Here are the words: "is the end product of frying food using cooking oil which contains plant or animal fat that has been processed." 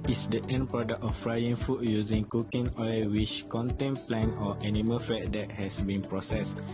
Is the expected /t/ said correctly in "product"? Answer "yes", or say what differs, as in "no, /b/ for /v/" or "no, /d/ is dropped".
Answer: no, /t/ is dropped